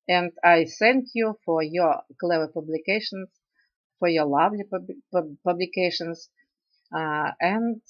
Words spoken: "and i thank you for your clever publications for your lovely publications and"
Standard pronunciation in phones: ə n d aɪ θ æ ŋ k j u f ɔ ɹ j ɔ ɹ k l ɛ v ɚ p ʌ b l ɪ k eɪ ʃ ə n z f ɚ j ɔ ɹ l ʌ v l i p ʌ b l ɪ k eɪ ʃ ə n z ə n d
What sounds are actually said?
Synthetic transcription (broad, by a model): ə n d aɪ s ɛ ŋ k j u f ɔ ɹ j ɔ ɹ k l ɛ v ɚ p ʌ b l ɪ k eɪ ʃ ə n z f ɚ j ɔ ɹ l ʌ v l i p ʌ b l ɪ k eɪ ʃ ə n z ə n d